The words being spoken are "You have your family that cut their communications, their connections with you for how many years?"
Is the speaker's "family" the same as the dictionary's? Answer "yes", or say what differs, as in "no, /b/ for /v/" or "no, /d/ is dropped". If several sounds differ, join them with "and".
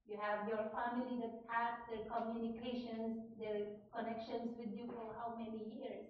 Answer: yes